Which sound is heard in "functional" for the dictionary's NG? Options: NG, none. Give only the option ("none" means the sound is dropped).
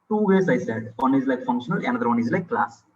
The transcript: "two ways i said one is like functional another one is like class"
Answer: NG